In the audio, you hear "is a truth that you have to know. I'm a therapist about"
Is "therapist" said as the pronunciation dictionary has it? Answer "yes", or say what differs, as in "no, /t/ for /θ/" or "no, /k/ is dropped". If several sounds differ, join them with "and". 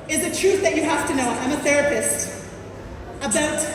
yes